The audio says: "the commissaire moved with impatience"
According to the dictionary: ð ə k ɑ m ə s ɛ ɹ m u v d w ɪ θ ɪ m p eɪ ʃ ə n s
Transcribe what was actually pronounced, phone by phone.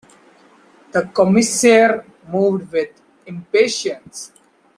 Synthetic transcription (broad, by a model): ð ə k ɑ m ə s ɛ ɹ m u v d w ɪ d ɪ m p eɪ ʃ ə n s